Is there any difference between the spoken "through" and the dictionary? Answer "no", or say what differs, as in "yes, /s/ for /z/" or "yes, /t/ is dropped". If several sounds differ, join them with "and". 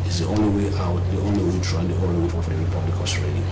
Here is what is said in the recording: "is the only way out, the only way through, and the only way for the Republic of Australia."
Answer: yes, /t/ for /θ/